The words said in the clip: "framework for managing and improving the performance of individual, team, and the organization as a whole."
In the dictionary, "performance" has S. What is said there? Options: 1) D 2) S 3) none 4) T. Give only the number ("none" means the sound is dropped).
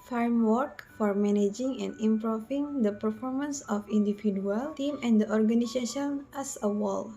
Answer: 2